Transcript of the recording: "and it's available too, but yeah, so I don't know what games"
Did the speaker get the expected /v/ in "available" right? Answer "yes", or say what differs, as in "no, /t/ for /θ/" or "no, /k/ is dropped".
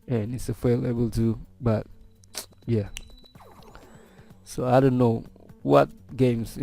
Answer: no, /f/ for /v/